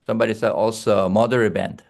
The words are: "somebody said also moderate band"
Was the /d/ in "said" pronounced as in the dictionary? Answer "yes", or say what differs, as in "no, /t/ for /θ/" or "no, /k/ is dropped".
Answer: no, /d/ is dropped